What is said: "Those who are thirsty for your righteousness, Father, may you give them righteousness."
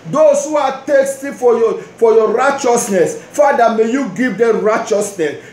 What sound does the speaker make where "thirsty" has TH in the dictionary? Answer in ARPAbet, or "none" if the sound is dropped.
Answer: T